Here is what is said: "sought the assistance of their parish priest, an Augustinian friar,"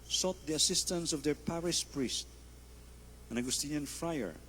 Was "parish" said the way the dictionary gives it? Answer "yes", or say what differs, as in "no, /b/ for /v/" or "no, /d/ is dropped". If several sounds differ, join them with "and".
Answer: no, /s/ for /ʃ/